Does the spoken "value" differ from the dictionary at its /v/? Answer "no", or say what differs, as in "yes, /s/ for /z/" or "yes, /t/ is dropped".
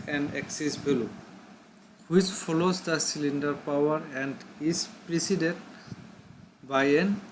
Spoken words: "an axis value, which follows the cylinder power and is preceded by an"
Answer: yes, /b/ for /v/